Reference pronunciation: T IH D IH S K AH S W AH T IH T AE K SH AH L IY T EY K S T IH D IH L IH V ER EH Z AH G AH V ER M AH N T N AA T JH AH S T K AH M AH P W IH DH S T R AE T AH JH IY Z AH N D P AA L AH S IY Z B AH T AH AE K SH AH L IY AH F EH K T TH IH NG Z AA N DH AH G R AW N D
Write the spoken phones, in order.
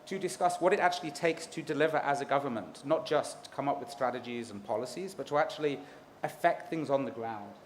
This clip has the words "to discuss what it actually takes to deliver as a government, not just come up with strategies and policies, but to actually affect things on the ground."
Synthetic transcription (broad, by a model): T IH D IH S K AH S W AH T IH T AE K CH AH L IY T EY K S T IH D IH L IH V ER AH Z AH G AH V ER M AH N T N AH T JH AH S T K AH M AH P W IH DH S T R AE T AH JH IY Z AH N P AA L AH S IY Z B AH T AH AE K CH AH L IY AH F EH K T TH IH NG Z N DH AH G R AW N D